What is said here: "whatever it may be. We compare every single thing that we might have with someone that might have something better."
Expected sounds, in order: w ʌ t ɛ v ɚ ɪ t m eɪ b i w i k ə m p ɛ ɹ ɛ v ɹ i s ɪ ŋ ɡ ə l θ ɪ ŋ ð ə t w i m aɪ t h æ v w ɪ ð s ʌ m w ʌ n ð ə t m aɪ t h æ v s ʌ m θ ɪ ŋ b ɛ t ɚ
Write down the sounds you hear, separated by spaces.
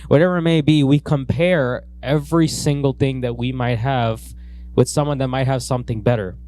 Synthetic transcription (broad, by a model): w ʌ t ɛ v ɚ ɪ t m eɪ b i w i k ə m p ɛ ɹ ɛ v ɹ i s ɪ ŋ ɡ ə l θ ɪ ŋ ð ə t w i m aɪ t h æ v w ɪ ð s ʌ m w ʌ n ð ə t m aɪ t h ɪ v s ʌ m θ ɪ ŋ b ɛ t ɚ